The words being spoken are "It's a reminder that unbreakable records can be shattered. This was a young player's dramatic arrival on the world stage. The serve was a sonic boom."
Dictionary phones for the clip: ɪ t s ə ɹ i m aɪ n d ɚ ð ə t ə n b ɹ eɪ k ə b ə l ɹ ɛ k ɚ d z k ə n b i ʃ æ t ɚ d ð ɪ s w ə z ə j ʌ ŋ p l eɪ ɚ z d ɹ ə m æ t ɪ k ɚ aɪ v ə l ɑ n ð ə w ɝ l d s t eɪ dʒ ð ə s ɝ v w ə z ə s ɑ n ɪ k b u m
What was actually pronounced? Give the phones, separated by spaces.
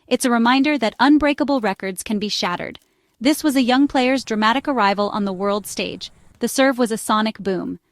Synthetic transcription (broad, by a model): ɪ t s ə ɹ i m aɪ n d ɚ ð ə t ə n b ɹ eɪ k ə b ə l ɹ ɛ k ɚ d z k ə n b i ʃ æ t ɚ d ð ɪ s w ə z ə j ʌ ŋ p l eɪ ɚ z d ɹ ə m æ t ɪ k ɚ aɪ v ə l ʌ n ð ə w ɝ l d s t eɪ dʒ ð ə s ɝ v w ə z ə s ɑ n ɪ k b u m